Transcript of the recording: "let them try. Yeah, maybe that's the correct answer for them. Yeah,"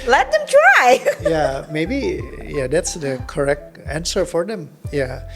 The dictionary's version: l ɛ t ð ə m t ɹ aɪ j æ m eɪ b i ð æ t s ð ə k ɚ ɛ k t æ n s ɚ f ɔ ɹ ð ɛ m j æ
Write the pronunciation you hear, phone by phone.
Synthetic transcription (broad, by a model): l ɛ t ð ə m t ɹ aɪ j æ m eɪ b i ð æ t s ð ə k ɚ ɛ k t æ n s ɚ f ɔ ɹ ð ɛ m j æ